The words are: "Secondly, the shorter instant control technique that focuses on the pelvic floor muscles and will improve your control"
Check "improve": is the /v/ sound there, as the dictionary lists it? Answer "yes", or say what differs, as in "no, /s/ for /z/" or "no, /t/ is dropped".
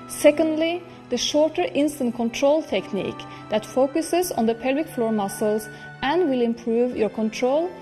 yes